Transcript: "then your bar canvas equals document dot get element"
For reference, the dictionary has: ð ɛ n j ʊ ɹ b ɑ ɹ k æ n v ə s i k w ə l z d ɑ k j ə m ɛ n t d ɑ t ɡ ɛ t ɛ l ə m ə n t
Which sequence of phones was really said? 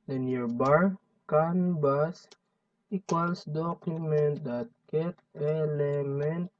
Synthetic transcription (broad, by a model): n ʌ n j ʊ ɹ b ɑ ɹ k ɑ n b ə s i k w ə l s d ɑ k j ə m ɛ n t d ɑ t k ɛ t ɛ l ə m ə n t